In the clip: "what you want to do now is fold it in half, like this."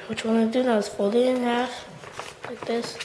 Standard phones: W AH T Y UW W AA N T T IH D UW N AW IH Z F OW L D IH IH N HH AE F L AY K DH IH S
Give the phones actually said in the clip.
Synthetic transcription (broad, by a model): W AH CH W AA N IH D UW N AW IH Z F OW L IH IH N HH AE F L AY K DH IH S